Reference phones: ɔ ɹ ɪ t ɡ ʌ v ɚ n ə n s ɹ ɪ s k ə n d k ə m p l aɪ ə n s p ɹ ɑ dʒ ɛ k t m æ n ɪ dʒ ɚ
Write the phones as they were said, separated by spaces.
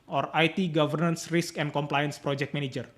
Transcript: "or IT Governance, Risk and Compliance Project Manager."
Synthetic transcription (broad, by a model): ɔ ɹ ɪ t ɡ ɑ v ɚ n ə n s ɹ ɪ s k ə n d k ə m p l aɪ ə n s p ɹ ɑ dʒ ɛ k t m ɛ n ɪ dʒ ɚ